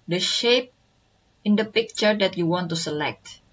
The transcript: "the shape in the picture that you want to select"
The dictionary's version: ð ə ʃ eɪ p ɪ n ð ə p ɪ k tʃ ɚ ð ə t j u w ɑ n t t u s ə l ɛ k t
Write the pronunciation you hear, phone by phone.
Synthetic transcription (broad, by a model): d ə ʃ eɪ p ɪ n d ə p ɪ k tʃ ɚ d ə t j u w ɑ n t t u s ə l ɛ k t